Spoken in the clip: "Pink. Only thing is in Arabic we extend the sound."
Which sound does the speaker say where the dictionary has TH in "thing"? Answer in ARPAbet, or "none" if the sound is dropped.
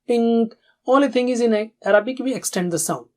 T